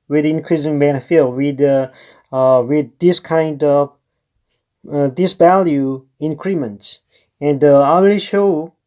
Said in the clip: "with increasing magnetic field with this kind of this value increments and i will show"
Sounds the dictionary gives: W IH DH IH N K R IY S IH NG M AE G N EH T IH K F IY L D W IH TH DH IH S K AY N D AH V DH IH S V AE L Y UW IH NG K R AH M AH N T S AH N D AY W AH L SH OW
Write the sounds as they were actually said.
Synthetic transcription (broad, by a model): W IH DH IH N K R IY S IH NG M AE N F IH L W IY D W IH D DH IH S K AY N D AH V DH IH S V AE L Y UW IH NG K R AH M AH N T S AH N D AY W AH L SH OW